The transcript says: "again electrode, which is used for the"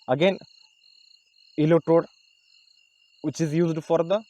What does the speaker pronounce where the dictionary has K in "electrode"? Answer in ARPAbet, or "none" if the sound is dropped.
none